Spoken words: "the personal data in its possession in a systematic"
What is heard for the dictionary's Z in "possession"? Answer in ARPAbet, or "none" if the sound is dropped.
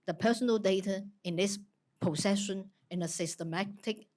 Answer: S